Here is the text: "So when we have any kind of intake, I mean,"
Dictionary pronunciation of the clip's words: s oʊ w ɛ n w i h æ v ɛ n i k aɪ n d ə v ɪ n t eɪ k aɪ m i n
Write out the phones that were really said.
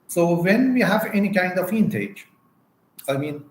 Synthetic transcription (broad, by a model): s oʊ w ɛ n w i h æ v ɛ n i k aɪ n d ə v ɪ n t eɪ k aɪ m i n